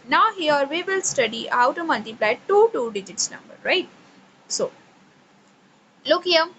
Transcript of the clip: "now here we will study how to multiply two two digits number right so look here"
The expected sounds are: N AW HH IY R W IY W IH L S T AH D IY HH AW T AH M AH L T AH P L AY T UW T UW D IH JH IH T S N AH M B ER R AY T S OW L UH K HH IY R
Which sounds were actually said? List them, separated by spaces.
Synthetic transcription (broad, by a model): N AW HH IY R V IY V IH L S T AH D IY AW T AH M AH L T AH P L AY T UW T UW D IH JH IH T S N AH M B ER R AY T S OW L UH K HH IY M